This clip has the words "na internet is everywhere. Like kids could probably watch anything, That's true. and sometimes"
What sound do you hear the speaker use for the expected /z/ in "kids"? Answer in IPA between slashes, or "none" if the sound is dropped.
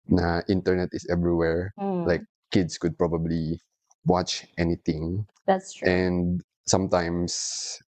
/s/